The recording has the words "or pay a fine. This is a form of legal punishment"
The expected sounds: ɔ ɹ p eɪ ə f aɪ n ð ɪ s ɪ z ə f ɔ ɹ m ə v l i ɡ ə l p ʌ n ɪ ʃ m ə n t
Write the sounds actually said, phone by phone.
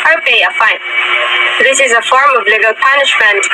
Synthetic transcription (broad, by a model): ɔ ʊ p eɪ ə f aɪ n ð ɪ s ɪ z ə f ɔ ɹ m ə v l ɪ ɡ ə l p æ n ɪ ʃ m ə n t